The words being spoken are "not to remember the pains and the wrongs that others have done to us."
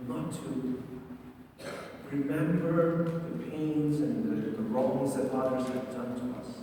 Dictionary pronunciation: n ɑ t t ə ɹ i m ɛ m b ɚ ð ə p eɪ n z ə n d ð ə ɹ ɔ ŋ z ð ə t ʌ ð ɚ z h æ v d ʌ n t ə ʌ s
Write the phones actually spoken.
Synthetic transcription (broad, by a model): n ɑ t t ə ɹ i m ɛ m b ɚ ð ə p eɪ n z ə n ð ð ə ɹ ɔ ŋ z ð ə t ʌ ɚ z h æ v d ʌ n t ə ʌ s